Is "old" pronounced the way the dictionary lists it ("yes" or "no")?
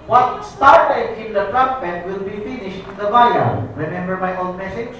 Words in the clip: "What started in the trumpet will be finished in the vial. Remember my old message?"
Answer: no